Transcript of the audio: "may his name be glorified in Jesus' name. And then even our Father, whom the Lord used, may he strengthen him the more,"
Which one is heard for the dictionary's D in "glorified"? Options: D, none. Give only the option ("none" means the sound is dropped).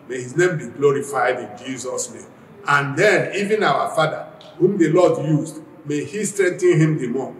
D